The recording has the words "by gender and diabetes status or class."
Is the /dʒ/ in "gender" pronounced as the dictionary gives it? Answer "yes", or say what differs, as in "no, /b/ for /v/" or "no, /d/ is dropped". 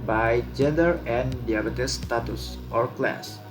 yes